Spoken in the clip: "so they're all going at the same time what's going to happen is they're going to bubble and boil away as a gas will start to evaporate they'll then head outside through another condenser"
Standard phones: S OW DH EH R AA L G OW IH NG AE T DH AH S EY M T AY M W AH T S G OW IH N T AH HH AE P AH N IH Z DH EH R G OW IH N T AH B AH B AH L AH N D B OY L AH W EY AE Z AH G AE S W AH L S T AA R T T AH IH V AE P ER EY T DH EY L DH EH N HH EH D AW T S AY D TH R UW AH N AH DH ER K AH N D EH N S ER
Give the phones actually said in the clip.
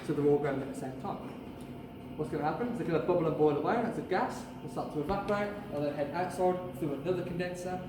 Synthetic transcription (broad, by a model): S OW DH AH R AA L G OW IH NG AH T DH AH S EY M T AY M W AH T S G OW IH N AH HH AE P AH N IH Z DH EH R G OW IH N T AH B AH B L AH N B OY L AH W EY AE S AH G AE S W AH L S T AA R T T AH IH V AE B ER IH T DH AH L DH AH HH EH D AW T S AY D TH R UW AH N AH DH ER K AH N D EH N S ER